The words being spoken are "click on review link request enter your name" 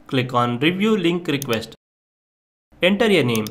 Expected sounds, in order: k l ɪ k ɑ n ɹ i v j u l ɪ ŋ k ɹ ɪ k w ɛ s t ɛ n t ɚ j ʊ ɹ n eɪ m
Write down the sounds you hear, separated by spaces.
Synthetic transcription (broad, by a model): k l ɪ k ɑ n ɹ i v j u l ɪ ŋ k ɹ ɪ k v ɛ s t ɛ n t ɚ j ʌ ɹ n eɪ m